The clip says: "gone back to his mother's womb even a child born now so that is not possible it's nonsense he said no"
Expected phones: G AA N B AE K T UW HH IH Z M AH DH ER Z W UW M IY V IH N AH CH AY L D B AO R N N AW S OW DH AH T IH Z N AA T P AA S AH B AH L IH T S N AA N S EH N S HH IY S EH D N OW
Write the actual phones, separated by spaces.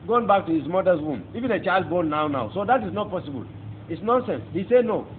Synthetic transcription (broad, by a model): G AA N B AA K T UW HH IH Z M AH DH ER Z W UW M IY V IH N AH CH AY L D B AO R N N AW S OW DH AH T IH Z N AA T P AA S AH B AH L IH T S N AA N S EH N S HH IY S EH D N OW